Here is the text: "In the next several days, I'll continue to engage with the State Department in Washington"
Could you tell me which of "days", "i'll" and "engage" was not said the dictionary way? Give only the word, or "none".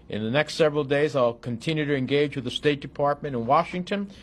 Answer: none